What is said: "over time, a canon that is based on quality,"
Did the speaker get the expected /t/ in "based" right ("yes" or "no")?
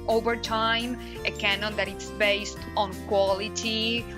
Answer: yes